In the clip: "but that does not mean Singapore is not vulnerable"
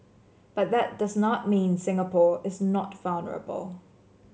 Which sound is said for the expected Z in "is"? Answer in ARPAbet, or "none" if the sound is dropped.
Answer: Z